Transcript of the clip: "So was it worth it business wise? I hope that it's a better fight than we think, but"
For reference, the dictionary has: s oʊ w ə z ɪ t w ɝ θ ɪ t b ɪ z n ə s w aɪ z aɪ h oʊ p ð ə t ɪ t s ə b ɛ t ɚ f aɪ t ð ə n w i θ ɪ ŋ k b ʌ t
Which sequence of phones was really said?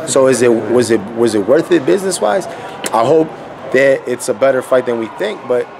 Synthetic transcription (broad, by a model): s oʊ w ə z ɪ t w ɝ θ ɪ t b ɪ z n ə s w aɪ z aɪ h oʊ p ð ə t ɪ t s ə b ɛ t ɚ f aɪ t ð ə n w i θ ɪ ŋ k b ʌ t